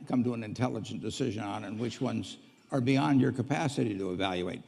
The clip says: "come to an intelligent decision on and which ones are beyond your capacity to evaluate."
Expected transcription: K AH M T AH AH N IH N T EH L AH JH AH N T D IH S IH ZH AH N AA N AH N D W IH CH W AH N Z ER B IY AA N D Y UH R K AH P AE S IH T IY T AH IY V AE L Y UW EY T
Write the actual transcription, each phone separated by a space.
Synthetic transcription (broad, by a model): K AH M T AH AH N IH N T EH L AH JH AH N D IH S IH ZH AH N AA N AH N W IH CH W AH N Z ER B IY AA N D Y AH R K AH P AE S IH T IY T AH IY V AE L Y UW EY T